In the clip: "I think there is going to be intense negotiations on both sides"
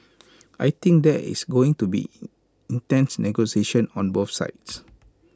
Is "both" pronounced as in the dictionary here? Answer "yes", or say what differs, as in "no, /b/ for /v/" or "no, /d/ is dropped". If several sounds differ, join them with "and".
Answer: no, /f/ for /θ/